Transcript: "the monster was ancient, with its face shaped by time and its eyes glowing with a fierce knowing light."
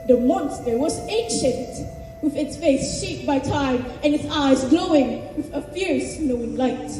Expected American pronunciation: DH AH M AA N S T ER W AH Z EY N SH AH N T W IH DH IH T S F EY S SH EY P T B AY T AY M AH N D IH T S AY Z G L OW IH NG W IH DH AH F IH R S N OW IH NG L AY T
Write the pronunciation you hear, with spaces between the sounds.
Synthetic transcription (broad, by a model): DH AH M AA N S T ER W AH Z EY N SH AH N T W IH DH IH T S F EY S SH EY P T B AY T AY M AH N IH T S AY Z G L OW IH NG W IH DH AH F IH R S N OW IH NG L AY T